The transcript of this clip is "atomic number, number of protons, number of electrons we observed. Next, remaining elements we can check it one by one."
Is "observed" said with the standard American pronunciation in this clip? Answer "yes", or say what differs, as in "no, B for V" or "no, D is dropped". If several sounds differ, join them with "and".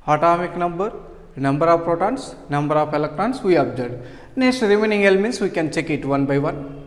no, V is dropped